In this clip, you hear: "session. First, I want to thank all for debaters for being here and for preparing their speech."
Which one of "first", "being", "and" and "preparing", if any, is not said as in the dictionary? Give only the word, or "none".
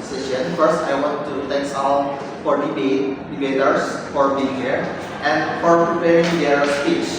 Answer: none